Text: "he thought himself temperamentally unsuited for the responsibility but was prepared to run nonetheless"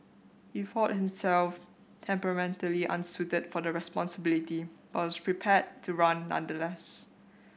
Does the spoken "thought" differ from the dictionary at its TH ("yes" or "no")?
yes